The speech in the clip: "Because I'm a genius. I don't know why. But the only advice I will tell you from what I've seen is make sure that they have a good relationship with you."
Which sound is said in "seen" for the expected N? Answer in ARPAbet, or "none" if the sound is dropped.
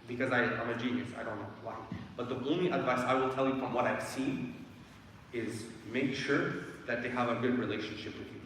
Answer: none